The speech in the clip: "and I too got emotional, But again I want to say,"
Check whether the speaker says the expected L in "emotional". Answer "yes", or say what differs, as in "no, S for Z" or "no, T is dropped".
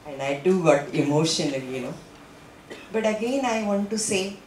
no, N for L